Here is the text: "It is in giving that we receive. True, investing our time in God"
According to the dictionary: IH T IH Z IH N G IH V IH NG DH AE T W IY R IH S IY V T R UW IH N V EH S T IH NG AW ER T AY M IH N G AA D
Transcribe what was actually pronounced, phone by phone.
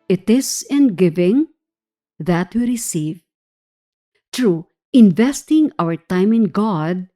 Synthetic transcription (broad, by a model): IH T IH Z IH N G IH V IH NG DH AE T W IY R IH S IY V T R UW IH N V EH S T IH NG AW ER T AY M IH N G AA D